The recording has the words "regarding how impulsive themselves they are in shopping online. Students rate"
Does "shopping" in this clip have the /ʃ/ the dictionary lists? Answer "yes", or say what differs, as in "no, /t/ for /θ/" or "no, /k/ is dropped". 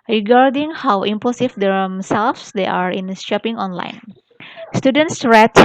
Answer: no, /s/ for /ʃ/